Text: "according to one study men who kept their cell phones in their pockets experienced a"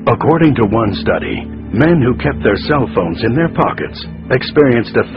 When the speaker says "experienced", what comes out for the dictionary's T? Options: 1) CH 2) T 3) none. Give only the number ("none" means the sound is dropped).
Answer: 2